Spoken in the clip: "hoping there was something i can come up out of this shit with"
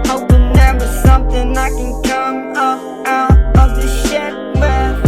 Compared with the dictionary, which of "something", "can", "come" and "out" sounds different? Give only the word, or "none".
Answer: none